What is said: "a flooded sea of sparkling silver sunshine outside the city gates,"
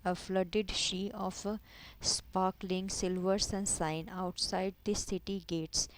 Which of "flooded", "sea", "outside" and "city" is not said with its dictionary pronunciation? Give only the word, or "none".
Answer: sea